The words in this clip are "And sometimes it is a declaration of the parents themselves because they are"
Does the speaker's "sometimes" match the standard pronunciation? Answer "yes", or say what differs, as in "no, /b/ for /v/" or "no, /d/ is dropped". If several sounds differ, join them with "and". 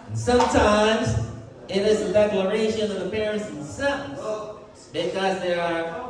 yes